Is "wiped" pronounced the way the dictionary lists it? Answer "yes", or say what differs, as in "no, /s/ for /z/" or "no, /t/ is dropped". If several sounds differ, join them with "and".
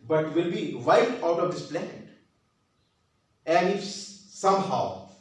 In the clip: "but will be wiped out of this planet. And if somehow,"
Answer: no, /p/ is dropped